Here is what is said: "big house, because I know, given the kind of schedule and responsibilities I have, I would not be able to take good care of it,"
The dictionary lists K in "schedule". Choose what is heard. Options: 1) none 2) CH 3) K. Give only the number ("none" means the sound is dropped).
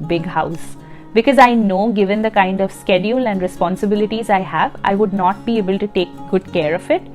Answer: 3